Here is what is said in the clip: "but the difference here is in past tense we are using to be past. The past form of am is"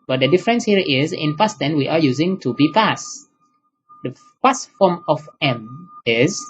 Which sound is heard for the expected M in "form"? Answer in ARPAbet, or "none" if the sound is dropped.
M